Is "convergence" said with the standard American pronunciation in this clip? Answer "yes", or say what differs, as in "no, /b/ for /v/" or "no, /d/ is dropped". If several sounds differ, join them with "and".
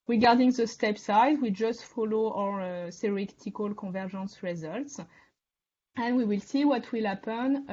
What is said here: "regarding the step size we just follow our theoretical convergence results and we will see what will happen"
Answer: no, /n/ is dropped and /ʒ/ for /dʒ/